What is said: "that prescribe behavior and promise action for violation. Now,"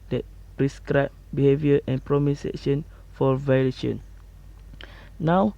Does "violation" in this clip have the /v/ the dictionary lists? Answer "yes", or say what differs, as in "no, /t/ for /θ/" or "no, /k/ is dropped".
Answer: yes